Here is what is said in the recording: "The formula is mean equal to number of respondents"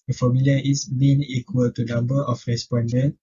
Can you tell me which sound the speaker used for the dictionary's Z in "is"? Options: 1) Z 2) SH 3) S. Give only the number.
3